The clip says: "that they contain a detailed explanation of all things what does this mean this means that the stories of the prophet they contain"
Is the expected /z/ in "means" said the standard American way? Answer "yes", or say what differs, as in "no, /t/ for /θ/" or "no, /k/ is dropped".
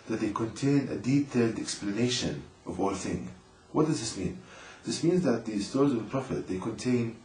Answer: yes